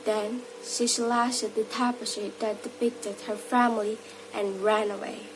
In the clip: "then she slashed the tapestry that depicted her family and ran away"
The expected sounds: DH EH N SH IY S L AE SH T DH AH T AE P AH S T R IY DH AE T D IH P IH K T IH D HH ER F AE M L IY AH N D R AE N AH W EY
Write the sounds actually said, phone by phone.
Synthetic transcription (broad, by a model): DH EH N SH IY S L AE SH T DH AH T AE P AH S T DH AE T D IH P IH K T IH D HH ER F AE M L IY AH N R AE N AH W EY